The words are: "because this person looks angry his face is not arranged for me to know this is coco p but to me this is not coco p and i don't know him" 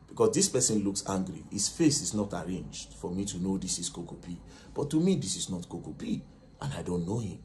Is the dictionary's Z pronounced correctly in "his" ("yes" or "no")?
no